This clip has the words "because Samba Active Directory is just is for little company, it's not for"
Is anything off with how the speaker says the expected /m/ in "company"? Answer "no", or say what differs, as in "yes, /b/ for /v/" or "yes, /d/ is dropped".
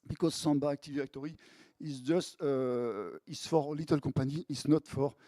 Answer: yes, /m/ is dropped